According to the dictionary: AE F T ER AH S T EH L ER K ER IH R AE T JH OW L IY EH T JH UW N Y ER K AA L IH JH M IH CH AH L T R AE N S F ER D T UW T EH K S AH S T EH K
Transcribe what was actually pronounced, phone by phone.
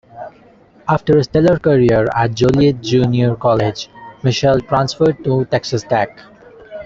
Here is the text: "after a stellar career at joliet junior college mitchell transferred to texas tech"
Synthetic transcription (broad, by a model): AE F T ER AH S T EH L ER K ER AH R AE T JH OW L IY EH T JH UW N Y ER K AA L IH JH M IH SH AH L T R AE N S F ER D T UW T EH K S AH S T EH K